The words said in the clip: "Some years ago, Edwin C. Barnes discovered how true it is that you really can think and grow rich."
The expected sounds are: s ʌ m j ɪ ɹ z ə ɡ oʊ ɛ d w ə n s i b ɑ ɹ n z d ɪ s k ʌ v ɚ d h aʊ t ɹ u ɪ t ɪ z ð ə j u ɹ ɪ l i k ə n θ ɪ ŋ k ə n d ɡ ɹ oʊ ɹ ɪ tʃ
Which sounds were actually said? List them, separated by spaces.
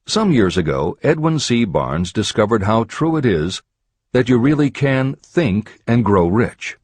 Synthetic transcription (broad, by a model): s ʌ m j ɪ ɹ z ə ɡ oʊ ɛ d w ə n s i b ɑ ɹ n z d ɪ s k ʌ v ɚ d h aʊ t ɹ u ɪ t ɪ z ð ə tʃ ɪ ɹ ɪ l i k ə n θ ɪ ŋ k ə n ɡ ɹ oʊ ɹ ɪ tʃ